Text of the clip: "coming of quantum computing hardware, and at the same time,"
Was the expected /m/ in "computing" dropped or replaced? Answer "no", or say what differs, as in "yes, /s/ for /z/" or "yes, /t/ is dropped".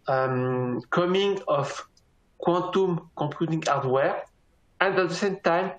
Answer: yes, /m/ is dropped